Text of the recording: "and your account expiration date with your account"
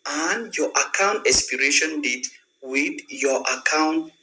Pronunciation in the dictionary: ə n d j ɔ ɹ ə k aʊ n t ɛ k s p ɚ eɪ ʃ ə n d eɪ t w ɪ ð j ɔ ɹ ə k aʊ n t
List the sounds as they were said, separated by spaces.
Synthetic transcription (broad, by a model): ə n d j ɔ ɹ ə k aʊ n t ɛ s p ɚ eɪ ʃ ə n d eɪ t w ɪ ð j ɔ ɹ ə k aʊ n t